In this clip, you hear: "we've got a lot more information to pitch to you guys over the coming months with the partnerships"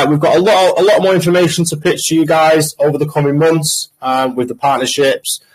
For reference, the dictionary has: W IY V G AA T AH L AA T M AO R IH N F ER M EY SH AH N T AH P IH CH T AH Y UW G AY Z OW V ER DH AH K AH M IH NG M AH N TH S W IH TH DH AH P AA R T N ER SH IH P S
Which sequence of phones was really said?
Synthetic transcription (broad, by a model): W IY V G AA T AH L AA T M AO R IH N F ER M EY SH AH N T AH P IH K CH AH Y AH G AY Z OW V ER DH AH K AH M IH NG M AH N TH S W IH DH AH P AA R T N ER SH IH P S